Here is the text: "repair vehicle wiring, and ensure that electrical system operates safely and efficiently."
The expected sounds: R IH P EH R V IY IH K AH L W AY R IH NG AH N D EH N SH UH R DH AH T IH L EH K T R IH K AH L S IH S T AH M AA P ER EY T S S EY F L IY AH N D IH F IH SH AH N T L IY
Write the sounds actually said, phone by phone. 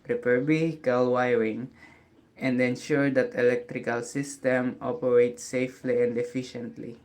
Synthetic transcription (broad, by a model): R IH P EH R B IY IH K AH L W AY R IH NG AH N D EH N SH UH R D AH T IH L EH K T R IH K AH L S IH S T AH M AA P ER EY T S S EY F L IY AH N D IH F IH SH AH N T L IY